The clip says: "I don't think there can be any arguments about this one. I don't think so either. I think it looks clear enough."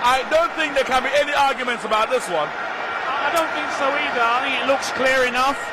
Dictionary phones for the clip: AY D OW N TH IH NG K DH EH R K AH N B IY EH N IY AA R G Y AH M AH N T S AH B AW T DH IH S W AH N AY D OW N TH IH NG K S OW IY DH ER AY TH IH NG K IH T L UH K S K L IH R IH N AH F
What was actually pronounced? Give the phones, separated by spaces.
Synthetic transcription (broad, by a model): AY D OW N TH IH NG K DH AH R K AH N B IY EH N IY AA R G Y AH M AH N T S AH B AW T DH IH S W AH N AY D OW N TH IH NG K S OW IY DH ER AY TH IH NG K IH T L UH K S K L IH R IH N AH F